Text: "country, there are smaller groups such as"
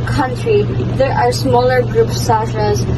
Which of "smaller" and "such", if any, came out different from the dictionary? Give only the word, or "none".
such